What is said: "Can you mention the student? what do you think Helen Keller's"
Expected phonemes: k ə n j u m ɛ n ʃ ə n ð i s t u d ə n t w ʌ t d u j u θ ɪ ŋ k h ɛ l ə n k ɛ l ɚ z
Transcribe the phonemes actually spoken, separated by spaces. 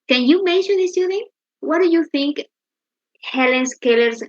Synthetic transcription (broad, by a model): k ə n j u m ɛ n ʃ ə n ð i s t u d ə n w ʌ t d u j u θ ɪ ŋ k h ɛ l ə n k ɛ l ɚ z